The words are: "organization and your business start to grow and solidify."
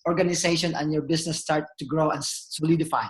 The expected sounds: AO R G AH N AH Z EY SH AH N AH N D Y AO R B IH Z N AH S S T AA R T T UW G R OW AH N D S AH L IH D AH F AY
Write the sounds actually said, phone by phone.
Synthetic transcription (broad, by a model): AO R G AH N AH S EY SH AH N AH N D Y AO R B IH S N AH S S T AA R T T UW G R OW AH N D S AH L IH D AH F AY